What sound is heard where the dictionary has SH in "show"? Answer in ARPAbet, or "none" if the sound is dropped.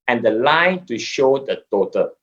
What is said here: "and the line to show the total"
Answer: SH